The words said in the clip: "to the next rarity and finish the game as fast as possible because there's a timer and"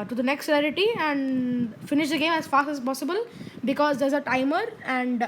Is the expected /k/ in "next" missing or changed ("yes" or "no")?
no